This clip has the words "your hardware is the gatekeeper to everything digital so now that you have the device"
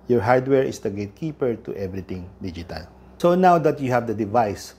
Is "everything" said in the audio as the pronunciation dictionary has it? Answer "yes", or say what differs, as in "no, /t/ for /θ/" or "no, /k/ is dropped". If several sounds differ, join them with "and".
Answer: no, /t/ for /θ/